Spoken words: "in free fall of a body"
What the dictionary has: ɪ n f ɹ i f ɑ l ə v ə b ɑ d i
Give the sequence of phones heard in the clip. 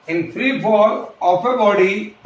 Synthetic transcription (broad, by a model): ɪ n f ɹ i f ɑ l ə p ə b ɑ d i